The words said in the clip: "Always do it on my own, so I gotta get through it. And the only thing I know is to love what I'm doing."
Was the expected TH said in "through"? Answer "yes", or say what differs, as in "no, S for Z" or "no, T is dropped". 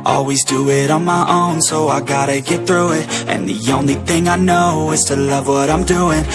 yes